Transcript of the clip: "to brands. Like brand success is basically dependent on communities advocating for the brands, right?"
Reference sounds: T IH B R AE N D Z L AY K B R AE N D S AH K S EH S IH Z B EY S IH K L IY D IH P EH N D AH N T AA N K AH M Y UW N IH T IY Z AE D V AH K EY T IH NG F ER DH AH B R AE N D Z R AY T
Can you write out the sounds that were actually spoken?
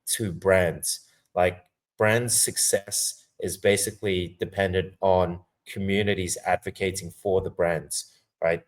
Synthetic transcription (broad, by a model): T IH B R AE N D Z L AY K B R AE N D S AH K S EH S IH Z B EY S IH K L IY D IH P EH N D AH N T N K AH M Y UW N IH T IY Z AE D V AH K EY T IH NG F ER DH AH B R AE N D Z R AY T